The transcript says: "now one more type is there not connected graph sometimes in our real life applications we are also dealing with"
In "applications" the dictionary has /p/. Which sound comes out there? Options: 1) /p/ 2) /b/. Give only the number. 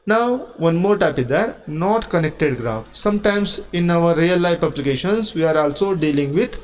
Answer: 2